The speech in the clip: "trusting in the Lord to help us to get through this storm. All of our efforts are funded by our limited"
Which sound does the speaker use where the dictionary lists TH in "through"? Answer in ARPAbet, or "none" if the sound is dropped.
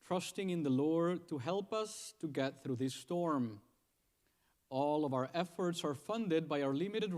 TH